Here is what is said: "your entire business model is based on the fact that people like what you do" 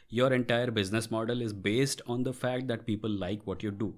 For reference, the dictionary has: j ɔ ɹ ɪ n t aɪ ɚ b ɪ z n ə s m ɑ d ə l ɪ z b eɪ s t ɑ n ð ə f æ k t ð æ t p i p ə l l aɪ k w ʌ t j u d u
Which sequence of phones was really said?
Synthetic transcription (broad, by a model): j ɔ ɹ ɪ n t aɪ ɚ b ɪ z n ə s m ɑ d ə l ɪ z b eɪ s t ɑ n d ə f æ k t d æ t p i p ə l l aɪ k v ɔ t j u d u